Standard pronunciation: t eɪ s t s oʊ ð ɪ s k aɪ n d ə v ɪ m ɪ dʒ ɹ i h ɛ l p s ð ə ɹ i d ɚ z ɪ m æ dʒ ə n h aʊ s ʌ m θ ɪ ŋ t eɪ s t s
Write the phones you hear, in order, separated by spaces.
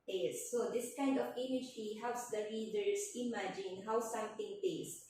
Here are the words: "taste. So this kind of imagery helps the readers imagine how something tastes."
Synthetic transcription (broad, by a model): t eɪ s s oʊ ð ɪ s k aɪ n d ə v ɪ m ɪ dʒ i h ɛ l p s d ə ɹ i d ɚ s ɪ m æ dʒ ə n h aʊ s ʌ m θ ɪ ŋ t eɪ s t